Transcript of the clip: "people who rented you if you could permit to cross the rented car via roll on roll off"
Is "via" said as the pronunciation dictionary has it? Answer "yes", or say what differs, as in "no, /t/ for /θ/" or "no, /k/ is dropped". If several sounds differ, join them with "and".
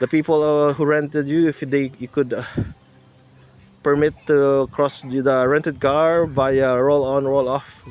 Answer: no, /b/ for /v/